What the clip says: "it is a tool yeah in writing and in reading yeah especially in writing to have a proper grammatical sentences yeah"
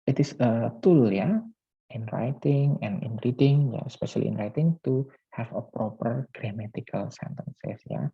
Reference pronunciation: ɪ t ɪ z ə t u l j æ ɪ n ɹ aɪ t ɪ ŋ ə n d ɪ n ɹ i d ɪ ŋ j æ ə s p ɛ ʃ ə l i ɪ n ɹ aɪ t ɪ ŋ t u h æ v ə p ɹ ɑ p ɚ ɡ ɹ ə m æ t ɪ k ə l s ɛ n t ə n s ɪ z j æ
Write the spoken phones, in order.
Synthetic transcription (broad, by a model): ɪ t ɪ s ə t u l j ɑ ɪ n ɹ aɪ t ɪ ŋ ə n ɪ n ɹ i d ɪ ŋ j ə s p ɛ ʃ ə l i ɪ n ɹ aɪ t ɪ ŋ t u h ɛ f ə p ɹ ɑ p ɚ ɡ ɹ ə m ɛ t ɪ k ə l s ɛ n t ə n s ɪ s j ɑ